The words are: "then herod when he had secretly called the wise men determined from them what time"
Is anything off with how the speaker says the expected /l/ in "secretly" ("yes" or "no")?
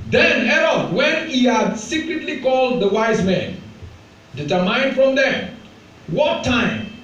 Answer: no